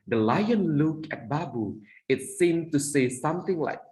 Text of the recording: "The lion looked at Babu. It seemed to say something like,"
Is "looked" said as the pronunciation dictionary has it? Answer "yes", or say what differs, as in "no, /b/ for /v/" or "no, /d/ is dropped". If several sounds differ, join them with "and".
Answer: no, /t/ is dropped